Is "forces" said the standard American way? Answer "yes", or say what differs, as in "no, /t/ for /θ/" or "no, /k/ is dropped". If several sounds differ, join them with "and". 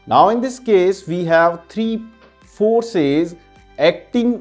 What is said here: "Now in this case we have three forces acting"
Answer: yes